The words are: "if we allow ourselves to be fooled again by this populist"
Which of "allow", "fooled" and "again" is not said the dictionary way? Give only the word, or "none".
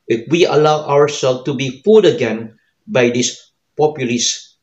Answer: fooled